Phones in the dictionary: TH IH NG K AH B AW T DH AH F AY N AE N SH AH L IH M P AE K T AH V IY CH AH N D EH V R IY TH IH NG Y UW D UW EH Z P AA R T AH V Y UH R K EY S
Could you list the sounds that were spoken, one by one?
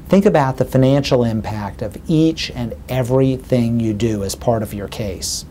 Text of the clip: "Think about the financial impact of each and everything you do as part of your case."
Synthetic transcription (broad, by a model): TH IH NG K AH B AW T DH AH F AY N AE N SH L IH M P AE K T AH V IY CH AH N EH V R IY TH IH NG Y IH D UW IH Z P AA R T AH V Y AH R K EY S